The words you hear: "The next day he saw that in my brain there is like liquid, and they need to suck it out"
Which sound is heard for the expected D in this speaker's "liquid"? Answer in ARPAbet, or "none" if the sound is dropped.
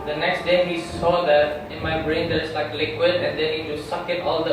D